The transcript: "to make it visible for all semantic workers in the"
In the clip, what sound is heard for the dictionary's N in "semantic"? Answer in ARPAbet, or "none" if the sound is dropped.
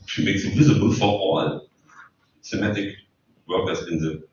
none